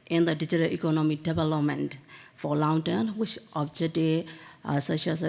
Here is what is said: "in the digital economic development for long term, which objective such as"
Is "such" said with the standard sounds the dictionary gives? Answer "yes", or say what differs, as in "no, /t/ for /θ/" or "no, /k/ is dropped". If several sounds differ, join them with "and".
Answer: no, /ʃ/ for /tʃ/